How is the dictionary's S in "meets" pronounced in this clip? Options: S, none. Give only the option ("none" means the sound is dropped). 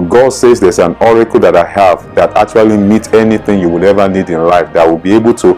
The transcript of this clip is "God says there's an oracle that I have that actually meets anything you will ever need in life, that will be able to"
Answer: none